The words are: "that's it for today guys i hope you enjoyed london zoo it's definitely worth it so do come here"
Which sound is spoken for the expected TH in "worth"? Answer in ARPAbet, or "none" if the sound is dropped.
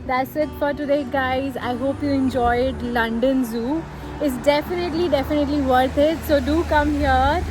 T